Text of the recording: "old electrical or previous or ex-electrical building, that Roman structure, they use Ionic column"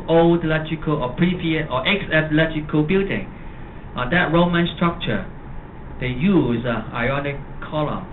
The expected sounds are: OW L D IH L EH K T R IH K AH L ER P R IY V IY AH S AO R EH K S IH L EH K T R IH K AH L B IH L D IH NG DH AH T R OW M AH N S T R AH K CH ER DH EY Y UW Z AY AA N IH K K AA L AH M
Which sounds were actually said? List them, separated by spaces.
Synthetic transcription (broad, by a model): OW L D L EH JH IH K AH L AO P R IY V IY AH AO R EH K S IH L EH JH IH K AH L B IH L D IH NG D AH T R OW M AH N S T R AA K CH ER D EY Y UW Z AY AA N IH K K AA L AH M